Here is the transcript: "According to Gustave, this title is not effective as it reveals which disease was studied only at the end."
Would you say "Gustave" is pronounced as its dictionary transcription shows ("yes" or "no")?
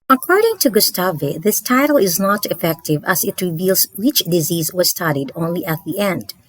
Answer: yes